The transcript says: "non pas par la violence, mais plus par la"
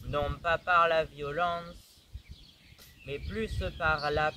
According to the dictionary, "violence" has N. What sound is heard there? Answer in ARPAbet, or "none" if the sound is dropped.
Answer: none